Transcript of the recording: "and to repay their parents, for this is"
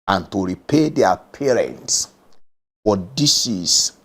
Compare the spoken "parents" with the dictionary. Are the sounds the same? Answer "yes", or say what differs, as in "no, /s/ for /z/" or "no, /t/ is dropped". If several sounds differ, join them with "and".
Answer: yes